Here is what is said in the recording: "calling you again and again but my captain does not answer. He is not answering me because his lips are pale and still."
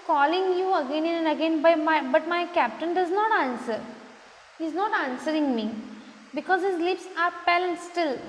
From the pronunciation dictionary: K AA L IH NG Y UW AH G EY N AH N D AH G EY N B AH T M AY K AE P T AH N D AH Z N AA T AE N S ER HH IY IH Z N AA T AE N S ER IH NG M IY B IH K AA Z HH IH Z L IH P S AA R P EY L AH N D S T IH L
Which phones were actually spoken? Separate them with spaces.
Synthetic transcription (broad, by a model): K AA L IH NG Y UW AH G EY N AH N D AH G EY N B AH T M AY K AE P T AH N D AH Z N AA T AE N S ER HH IY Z N AA T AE N S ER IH NG M IY B IH K AA Z HH IH Z L IH P S AA R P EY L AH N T S T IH L